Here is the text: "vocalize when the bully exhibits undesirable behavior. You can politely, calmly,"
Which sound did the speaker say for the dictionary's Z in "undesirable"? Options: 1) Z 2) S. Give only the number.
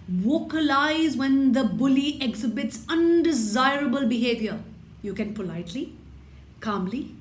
1